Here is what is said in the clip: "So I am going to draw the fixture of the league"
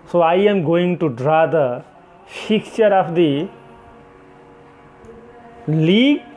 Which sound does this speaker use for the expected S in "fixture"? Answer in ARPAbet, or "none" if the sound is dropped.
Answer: none